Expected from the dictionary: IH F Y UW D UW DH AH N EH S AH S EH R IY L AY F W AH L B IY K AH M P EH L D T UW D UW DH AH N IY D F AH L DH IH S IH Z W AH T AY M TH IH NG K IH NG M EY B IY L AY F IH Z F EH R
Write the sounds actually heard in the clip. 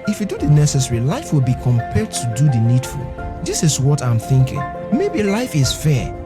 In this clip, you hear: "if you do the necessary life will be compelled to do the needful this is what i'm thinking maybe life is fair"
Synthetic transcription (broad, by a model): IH F Y UW D UW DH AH N EH S AH S EH R IY L AY F W AH L B IY K AH M P EH L D T UW D UW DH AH N IY D F AH L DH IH S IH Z W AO T AY M TH IH NG K IH NG M EY B IY L AY F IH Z F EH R